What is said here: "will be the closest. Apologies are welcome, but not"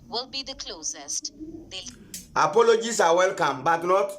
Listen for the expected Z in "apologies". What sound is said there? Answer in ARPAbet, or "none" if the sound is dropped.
S